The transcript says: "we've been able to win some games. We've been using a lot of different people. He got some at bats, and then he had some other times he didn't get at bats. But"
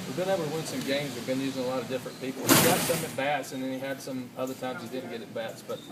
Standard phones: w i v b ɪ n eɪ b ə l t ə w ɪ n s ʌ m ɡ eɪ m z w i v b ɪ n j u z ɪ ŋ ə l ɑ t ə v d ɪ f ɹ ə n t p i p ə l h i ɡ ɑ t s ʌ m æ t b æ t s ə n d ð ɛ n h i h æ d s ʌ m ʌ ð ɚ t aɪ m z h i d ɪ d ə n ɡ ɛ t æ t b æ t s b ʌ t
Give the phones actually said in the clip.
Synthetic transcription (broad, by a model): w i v b ɪ n eɪ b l t ə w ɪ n s ʌ m ɡ eɪ m z w i v b ɪ n j u z ɪ ŋ ə l ɑ t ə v d ɪ f ɹ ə n p i p l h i ɡ ɑ t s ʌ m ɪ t b æ t s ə n ð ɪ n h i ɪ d s ʌ m ʌ ð ɚ t aɪ m z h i d ɪ d n ɡ ɛ t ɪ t b æ t s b ʌ t